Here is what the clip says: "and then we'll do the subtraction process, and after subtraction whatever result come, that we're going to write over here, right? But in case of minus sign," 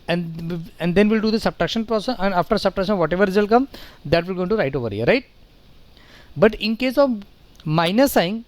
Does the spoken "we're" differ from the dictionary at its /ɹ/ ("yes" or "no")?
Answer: yes